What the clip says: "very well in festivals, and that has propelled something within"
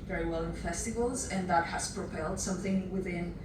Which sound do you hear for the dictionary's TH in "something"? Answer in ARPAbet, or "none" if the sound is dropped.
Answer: TH